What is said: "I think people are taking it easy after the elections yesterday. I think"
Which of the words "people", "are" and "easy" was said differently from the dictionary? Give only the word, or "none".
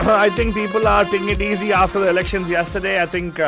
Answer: none